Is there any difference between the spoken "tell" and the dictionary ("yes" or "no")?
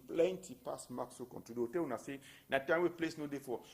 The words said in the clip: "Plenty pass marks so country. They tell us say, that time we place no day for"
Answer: yes